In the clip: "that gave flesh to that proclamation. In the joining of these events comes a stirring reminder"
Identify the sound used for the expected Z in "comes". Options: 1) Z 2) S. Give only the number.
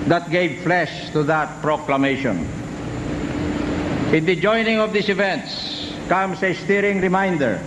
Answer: 2